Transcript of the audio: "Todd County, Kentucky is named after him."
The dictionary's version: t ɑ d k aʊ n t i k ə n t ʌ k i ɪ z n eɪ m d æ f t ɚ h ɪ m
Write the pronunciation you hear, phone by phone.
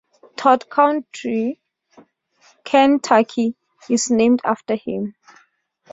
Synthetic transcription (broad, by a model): t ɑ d k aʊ n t i k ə n t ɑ k i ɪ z n eɪ m d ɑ f t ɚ h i m